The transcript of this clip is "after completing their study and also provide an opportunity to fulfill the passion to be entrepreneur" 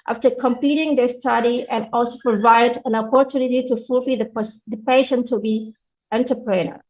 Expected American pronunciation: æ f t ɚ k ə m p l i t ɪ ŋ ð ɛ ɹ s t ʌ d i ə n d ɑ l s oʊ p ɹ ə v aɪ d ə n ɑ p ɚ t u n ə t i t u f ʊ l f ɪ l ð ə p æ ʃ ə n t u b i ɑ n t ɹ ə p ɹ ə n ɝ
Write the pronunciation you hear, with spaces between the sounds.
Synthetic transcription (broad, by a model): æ f t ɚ k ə m p i t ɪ ŋ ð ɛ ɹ s t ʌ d i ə n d ɑ l s oʊ p ɹ ə v aɪ d ə n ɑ p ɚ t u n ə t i t u f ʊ l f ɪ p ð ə p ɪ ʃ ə n t u b i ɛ n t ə p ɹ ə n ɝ